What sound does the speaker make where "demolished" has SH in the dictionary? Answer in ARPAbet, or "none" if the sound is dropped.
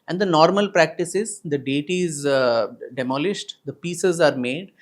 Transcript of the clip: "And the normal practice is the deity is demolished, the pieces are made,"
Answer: SH